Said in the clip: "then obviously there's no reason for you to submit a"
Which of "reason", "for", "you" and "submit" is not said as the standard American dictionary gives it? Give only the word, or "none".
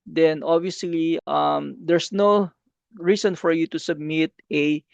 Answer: reason